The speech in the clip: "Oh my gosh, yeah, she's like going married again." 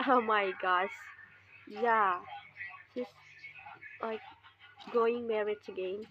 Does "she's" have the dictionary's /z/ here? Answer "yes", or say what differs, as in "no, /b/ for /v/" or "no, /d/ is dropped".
no, /s/ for /z/